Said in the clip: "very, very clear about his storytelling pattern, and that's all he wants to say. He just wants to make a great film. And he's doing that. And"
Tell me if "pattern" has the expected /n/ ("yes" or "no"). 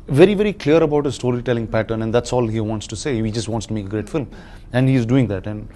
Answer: yes